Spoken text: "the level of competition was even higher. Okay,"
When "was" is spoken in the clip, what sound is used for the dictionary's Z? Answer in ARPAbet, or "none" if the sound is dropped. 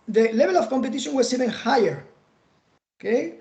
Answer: S